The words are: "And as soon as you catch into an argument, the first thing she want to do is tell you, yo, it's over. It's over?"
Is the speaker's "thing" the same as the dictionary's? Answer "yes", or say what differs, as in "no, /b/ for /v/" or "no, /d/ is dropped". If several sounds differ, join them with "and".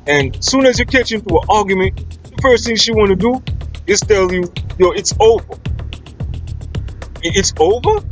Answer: yes